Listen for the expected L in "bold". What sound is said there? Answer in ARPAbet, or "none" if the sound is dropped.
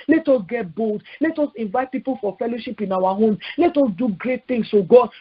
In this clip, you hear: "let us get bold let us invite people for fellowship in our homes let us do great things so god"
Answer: L